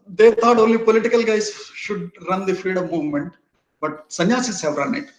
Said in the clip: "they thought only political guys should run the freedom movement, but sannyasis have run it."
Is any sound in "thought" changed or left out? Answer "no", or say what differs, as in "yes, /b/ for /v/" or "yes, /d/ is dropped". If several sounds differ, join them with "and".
yes, /t/ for /θ/